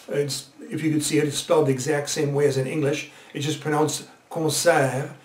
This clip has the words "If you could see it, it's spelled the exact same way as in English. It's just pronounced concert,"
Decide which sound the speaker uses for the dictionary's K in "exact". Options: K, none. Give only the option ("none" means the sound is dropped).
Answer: K